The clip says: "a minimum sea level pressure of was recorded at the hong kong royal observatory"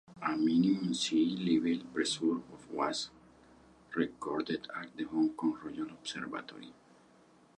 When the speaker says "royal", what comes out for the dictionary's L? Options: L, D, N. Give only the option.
N